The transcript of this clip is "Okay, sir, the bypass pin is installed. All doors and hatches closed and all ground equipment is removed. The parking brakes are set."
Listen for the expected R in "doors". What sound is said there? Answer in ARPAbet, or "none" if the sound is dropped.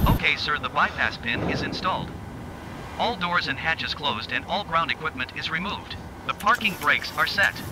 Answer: R